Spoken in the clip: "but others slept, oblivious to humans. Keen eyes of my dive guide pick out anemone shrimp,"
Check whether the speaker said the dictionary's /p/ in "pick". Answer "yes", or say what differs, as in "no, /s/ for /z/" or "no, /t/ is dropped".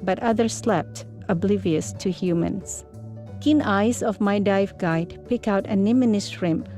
yes